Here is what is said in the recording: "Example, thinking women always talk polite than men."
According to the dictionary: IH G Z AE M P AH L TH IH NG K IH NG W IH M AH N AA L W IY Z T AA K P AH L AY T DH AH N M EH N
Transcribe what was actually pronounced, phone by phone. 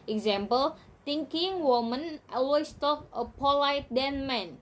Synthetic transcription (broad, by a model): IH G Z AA M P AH L T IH NG K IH NG W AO M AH N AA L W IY S T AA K P AH L AY T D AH N M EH N